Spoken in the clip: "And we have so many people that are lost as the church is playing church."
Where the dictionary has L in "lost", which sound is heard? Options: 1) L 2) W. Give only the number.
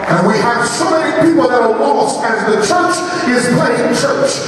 2